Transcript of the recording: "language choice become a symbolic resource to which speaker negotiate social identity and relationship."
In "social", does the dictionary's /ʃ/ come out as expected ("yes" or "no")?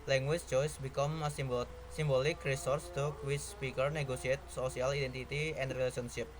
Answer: no